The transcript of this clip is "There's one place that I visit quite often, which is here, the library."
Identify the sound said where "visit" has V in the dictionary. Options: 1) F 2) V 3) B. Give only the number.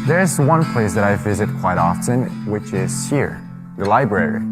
2